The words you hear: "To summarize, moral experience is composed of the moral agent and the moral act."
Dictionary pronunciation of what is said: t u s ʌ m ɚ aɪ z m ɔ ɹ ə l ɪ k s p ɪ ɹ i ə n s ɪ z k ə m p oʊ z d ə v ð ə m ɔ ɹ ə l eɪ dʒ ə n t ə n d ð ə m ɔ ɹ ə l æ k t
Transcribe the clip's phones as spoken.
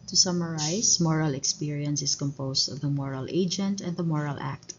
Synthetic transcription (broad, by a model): t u s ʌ m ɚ aɪ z m ɔ ɹ ə l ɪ k s p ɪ ɹ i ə n s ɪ s k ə m p oʊ s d ə v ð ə m ɔ ɹ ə l eɪ dʒ ə n t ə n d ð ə m ɔ ɹ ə l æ k t